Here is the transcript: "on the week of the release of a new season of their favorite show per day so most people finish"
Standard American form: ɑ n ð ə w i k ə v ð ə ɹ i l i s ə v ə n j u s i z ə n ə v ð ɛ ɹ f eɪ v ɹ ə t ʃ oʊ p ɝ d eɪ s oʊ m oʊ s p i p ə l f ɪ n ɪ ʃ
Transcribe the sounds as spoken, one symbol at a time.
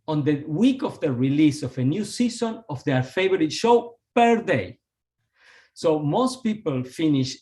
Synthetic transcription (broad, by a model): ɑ n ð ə w i k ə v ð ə ɹ i l i s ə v ə n j u s i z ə n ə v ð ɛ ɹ f eɪ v ɹ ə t ʃ oʊ p ɝ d eɪ s oʊ m oʊ s p i p ə l f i n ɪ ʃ